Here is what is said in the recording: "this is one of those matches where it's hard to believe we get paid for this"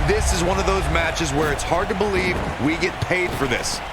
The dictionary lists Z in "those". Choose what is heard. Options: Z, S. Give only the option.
Z